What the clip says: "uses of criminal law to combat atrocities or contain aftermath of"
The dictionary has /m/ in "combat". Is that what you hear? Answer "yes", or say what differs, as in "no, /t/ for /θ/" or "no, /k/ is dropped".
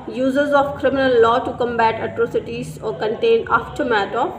yes